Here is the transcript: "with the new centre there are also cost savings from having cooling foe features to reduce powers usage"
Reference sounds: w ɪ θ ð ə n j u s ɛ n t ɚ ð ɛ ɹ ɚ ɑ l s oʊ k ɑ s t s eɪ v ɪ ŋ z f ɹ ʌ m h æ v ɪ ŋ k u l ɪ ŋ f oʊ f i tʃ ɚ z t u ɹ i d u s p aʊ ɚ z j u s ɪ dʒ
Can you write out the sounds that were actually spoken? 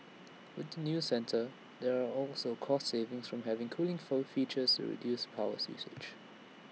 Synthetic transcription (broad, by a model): w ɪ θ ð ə n j u s ɛ n t ɚ ð ɛ ɹ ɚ ɑ l s oʊ k ɑ s t s eɪ v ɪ ŋ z f ɹ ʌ m h æ v ɪ ŋ k u l ɪ ŋ f oʊ f i tʃ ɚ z t u ɹ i d u s p aʊ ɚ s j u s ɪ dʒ